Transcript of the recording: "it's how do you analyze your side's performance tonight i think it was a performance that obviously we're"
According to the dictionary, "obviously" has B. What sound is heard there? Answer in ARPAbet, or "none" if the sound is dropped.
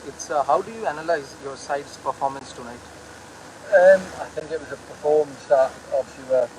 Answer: none